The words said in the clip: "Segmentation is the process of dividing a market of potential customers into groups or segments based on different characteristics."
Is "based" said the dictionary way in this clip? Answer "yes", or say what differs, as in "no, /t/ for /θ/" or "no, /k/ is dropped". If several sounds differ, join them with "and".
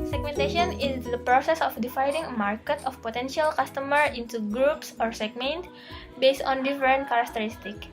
yes